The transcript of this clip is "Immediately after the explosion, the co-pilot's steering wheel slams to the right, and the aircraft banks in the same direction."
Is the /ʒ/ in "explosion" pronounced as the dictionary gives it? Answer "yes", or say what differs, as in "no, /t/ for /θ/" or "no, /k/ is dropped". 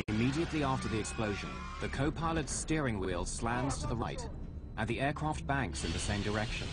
yes